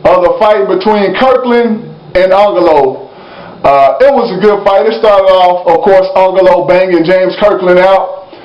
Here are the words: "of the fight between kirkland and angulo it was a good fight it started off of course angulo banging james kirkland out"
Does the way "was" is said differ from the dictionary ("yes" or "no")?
no